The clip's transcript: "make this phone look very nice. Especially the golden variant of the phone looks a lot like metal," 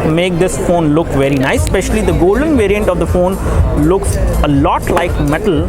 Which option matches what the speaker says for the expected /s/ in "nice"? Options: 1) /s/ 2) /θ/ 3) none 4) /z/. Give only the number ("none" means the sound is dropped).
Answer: 3